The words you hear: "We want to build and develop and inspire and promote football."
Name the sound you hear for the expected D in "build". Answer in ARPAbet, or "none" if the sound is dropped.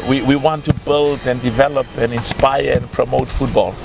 D